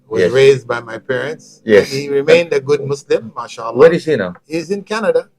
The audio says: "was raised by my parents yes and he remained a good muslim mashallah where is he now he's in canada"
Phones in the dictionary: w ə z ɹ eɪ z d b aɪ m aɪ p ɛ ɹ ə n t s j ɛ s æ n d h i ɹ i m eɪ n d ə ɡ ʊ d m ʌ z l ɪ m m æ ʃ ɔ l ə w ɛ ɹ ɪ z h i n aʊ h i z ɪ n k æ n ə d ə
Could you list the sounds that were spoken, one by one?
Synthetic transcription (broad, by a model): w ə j ɹ eɪ z d b aɪ m aɪ p ɛ ɹ ə n t s j ɛ s h i ɹ i m eɪ n d ə ɡ ʊ d m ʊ s l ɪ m m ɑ ʃ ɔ l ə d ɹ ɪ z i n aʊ h i z ɪ n k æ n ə d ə